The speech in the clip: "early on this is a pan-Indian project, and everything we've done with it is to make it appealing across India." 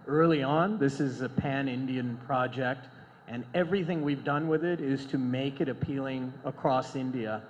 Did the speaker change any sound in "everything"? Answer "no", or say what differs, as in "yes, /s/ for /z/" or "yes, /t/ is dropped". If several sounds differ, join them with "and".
no